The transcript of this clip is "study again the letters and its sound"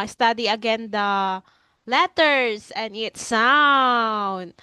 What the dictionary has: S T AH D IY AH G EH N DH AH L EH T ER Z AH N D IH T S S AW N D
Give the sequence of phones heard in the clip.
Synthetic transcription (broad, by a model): S T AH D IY AH G EH N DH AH L EH T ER S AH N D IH T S S AW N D